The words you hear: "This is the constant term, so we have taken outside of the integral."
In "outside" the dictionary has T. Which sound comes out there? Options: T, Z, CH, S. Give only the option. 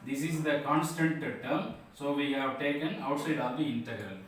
T